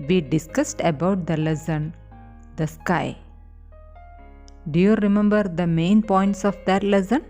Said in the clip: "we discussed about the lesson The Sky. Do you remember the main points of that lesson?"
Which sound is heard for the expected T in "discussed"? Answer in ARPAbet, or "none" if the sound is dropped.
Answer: T